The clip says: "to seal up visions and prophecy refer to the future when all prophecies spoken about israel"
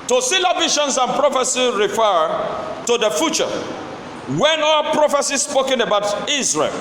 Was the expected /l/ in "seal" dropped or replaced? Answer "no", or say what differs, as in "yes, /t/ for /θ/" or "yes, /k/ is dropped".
no